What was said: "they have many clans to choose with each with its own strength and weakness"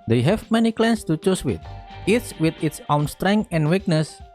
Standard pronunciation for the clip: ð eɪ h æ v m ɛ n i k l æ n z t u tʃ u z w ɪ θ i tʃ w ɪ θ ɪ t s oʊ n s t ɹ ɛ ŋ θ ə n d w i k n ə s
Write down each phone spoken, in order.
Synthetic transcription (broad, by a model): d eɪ h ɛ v m ɛ n i k l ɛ n s t u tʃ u s w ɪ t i s w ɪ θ ɪ t s oʊ n s t ɹ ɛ ŋ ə n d w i k n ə s